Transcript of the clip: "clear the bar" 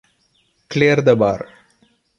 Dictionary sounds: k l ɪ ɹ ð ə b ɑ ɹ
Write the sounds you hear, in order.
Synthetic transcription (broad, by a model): k l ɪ ɹ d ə b ɑ ɹ